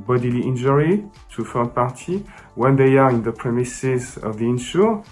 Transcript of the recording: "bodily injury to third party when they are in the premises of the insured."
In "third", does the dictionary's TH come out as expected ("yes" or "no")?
no